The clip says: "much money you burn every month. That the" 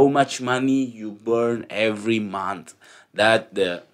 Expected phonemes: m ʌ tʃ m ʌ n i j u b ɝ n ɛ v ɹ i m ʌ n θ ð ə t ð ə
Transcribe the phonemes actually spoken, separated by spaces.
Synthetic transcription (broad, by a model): m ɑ tʃ m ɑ n i j u b ɝ n ɛ v ɹ i m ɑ n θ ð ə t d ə